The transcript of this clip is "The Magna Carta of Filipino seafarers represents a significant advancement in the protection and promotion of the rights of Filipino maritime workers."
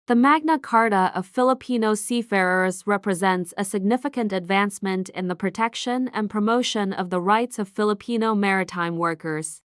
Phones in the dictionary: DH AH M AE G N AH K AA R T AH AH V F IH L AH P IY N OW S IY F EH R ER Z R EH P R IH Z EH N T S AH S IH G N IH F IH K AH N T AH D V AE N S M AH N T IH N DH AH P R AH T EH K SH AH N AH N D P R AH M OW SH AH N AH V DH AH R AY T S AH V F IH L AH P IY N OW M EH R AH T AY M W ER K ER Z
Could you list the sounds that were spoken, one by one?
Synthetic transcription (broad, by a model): DH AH M AE G N AH K AA R T AH AH V F IH L AH P IY N OW S IY F EH R ER Z R EH P R IH Z EH N T S AH S IH G N IH F IH K AH N T AH D V AE N S M AH N T IH N DH AH P R AH T EH K SH AH N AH N P R AH M OW SH AH N AH V DH AH R AY T S AH V F IH L AH P IY N OW M EH R AH T AY M W ER K ER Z